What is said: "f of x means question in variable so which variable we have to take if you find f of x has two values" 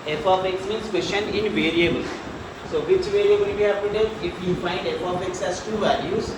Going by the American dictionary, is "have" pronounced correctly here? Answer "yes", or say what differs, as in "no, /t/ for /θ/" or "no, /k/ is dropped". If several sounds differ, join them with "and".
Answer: no, /p/ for /v/